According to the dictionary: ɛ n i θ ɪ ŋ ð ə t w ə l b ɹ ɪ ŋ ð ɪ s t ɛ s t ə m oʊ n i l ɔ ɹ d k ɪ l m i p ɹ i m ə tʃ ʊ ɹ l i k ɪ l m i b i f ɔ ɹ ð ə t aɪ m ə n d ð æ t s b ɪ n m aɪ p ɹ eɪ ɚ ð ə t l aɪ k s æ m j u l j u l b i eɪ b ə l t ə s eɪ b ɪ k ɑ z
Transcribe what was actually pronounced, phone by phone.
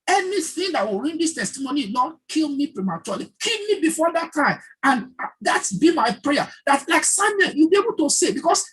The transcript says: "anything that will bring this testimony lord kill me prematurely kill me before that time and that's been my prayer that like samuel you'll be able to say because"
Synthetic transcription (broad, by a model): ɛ n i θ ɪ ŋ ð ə t w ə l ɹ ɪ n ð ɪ s t ɛ s t ə m oʊ n i n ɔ k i l m i p ɹ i m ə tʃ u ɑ l i k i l m i b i f ɔ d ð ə t aɪ m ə n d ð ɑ t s b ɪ m aɪ p ɹ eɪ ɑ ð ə t l aɪ k s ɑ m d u n j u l b i eɪ b ə l t ə s eɪ b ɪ k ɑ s